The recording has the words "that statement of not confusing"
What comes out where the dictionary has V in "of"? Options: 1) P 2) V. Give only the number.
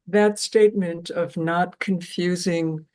2